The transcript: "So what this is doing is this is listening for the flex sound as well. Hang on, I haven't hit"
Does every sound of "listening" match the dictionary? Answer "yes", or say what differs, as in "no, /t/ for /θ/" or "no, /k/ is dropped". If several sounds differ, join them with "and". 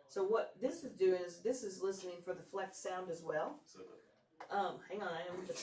yes